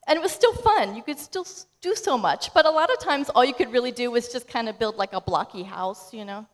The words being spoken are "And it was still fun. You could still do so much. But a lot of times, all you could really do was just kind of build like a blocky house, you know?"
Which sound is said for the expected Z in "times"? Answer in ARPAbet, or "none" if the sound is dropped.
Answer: Z